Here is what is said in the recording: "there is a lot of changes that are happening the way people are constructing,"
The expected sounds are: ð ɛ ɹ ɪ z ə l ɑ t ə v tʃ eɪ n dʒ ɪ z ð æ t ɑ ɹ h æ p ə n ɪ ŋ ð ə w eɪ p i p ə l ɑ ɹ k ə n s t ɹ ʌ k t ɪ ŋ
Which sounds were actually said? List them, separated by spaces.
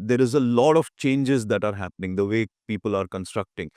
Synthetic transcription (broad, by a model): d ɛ ɹ ɪ z ə l ɑ t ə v tʃ eɪ n dʒ ɪ z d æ t ɑ ɹ h æ p ə n ɪ ŋ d ə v eɪ p i p ə l ɑ ɹ k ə n s t ɹ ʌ k t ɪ ŋ